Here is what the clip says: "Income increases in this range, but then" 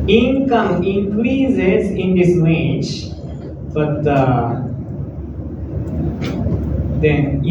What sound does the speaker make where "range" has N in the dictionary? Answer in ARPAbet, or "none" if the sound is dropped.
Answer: none